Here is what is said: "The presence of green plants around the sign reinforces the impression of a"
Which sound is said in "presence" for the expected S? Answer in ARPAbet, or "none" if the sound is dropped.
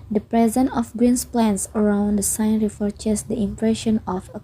none